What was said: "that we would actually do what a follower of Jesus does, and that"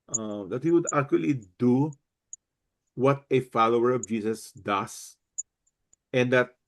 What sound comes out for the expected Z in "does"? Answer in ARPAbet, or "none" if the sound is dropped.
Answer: S